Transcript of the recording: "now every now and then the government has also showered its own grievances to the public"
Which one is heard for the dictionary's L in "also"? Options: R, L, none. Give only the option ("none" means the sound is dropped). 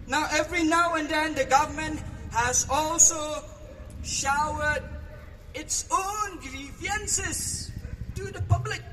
L